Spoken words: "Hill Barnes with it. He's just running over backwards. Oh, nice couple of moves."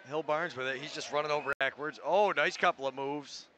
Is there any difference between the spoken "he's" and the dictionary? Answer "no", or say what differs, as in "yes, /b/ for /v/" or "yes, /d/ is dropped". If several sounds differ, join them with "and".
no